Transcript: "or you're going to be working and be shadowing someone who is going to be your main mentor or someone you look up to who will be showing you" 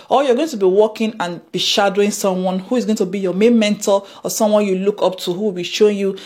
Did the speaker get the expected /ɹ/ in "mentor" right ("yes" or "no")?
no